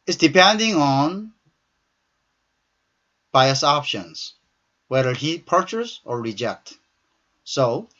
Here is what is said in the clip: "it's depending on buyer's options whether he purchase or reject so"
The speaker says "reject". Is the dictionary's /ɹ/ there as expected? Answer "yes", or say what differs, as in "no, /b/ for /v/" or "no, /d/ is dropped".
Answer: yes